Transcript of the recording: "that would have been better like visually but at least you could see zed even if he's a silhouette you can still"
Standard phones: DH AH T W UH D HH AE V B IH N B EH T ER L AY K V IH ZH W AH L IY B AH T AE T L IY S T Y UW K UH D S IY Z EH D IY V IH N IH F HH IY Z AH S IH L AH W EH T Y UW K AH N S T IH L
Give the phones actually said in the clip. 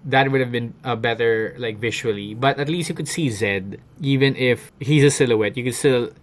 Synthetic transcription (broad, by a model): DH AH T W UH D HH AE V B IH N B EH T ER L AY K V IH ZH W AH L IY B AH T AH T L IY S T Y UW K UH D S IY Z EH D IY V IH N IH F HH IY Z AH S IH L AH W EH T Y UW K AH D S T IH L